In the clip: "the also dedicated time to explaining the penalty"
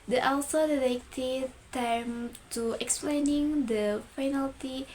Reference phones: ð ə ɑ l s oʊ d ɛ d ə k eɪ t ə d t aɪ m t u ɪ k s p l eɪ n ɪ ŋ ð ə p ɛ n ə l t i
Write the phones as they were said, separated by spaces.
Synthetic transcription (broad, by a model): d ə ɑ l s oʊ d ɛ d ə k t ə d t aɪ m t u ɪ k s p l eɪ n ɪ ŋ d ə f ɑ n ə l t i